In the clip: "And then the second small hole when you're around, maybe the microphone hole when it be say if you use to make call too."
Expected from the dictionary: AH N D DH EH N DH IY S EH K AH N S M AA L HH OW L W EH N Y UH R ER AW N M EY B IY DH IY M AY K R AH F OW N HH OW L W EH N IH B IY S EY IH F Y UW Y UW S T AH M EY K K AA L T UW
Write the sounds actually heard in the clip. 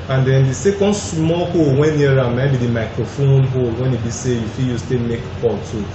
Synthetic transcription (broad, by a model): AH N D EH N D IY S EH K AH N S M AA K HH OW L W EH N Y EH R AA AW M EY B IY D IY M AY K R AH F OW N HH OW L W EH N IH B IY S EY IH F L Y UW S T AH M EY K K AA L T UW